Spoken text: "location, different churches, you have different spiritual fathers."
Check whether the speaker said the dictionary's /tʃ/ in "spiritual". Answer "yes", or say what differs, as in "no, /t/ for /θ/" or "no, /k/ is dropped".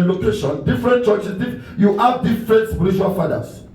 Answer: no, /ʃ/ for /tʃ/